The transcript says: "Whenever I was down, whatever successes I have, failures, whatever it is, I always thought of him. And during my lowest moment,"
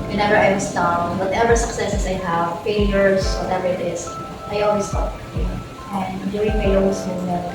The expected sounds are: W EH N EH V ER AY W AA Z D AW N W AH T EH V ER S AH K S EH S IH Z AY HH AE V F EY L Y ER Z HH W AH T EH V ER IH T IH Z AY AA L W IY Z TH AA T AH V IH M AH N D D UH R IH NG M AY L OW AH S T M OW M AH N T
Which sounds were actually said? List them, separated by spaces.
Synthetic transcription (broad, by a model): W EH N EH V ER AY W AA S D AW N W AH T EH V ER S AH K S EH S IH S AY HH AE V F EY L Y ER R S W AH T EH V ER IH T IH S AY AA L W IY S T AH P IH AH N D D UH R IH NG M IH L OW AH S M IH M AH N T